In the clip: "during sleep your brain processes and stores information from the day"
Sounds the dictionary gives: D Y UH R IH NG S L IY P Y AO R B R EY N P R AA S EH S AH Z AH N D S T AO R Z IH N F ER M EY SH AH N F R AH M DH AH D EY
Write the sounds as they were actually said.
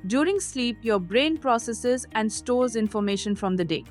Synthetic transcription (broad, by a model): D Y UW R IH NG S L IY P Y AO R B R EY N P R AA S EH S AH Z AH N D S T AO R Z IH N F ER M EY SH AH N F R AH M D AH D EY